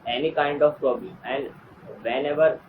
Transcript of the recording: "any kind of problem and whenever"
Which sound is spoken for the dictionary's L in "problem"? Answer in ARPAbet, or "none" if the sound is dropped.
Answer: none